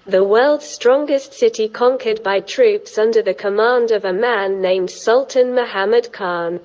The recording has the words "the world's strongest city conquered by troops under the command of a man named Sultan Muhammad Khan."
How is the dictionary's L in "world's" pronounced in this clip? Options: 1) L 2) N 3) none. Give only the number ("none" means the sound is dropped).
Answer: 1